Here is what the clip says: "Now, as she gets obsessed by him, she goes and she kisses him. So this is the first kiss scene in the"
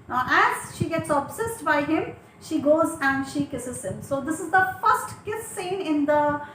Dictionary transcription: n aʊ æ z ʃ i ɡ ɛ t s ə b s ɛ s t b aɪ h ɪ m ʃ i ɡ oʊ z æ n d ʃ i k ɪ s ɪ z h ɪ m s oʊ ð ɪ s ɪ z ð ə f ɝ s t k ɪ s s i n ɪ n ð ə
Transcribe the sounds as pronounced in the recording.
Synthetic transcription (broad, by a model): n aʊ æ z ʃ i ɡ ɛ t s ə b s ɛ s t b aɪ h ɪ m ʃ i ɡ oʊ z æ n d ʃ i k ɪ s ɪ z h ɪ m s oʊ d ɪ s ɪ z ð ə f ɝ s t k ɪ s s i n ɪ n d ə